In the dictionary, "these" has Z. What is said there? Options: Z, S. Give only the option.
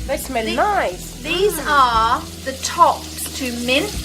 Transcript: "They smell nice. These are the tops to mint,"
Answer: Z